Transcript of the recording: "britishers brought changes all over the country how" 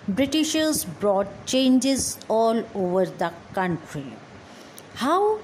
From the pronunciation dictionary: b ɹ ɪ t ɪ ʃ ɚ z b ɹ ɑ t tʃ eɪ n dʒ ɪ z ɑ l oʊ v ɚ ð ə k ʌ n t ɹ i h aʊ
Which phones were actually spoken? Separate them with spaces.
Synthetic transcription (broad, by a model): b ɹ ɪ t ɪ ʃ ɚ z b ɹ ɑ t tʃ eɪ n dʒ ɪ z ɑ l oʊ v ɚ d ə k ʌ n t ɹ i h aʊ